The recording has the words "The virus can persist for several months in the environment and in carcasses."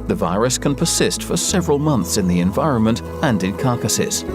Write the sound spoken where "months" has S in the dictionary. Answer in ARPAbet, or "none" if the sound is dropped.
S